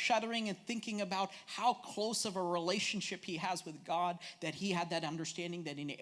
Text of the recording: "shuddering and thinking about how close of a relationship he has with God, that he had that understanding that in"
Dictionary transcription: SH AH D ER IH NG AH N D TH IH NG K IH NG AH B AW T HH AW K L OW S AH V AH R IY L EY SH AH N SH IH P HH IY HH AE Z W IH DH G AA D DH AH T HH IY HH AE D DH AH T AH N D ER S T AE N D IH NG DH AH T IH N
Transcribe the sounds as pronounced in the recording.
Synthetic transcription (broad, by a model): SH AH D ER IH NG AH N TH IH NG K IH NG AH B AW T HH AW K L OW S AH V AH R IY L EY SH AH N SH IH P HH IY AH Z W IH DH G AA D DH AH T HH IY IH D DH AH T AH N D ER S T AE N D IH NG DH AH T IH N